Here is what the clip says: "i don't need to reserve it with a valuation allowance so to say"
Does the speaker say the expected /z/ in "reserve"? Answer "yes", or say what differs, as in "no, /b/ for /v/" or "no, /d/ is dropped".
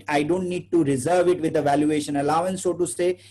yes